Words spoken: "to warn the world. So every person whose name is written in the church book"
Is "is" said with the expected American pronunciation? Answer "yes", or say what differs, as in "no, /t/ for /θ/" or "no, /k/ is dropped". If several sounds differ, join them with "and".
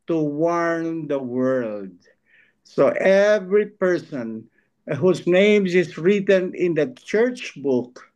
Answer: no, /s/ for /z/